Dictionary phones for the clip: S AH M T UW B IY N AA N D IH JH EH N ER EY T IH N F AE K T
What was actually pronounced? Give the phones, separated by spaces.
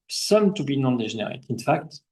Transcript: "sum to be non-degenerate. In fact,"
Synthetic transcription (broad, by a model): S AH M T UW B IY N AA N D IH ZH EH N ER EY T IH N F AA K T